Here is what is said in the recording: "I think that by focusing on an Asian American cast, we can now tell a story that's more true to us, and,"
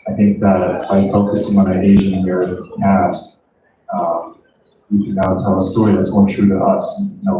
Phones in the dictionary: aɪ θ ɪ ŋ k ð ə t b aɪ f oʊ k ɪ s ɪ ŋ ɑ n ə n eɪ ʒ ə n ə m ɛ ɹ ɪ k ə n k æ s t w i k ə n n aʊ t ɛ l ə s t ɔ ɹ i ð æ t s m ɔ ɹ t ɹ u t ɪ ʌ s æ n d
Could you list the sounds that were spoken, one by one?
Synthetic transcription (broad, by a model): aɪ θ ɪ ŋ k ð ə t b aɪ f oʊ k ɪ s ɪ ŋ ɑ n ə eɪ ʒ ə n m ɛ ɹ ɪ ə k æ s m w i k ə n n aʊ t ɛ l ə s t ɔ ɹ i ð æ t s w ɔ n t ɹ u t ɪ ʌ s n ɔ